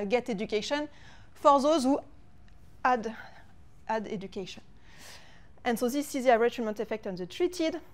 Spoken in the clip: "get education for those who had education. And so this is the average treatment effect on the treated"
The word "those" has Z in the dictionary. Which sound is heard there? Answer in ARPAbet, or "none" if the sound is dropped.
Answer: Z